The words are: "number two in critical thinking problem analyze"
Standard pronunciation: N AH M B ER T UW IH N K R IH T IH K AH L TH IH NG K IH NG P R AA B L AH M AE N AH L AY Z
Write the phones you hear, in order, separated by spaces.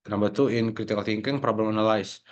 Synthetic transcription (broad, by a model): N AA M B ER T UW IH N K R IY T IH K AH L T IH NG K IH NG P R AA B L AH M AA N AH L AY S